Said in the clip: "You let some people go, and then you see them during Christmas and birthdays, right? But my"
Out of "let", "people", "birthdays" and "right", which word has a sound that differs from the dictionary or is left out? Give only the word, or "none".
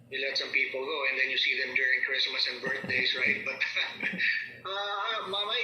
birthdays